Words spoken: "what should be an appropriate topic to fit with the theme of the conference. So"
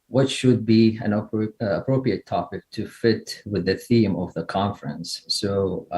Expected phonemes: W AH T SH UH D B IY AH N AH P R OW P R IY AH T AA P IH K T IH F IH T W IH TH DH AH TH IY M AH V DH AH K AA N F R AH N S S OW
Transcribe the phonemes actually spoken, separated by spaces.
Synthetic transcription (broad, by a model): W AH T SH UH D B IY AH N AH P R OW P R IY AH T AA P IH K T IH F IH T W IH DH AH TH IY M AH V DH AH K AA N F R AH N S S OW